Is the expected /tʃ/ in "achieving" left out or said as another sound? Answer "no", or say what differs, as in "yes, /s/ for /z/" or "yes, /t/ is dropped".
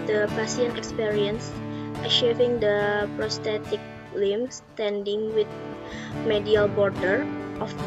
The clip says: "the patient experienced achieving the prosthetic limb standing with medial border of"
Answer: yes, /ʃ/ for /tʃ/